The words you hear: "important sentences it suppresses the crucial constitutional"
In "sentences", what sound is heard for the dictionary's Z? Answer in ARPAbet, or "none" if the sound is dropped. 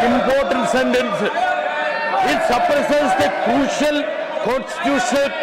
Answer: none